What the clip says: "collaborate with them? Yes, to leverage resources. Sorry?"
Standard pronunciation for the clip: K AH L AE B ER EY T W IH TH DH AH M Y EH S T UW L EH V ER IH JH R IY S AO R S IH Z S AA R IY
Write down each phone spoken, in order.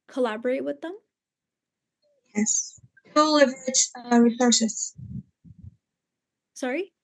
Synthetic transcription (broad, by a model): K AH L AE B ER EY T W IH DH AH M Y EH S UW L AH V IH CH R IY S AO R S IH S S AA R IY